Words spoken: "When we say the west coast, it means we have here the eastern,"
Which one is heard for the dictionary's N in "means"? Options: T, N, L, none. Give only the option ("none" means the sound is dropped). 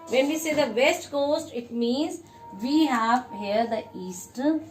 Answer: N